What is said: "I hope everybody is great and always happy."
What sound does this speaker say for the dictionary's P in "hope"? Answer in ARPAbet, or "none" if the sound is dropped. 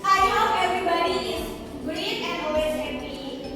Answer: none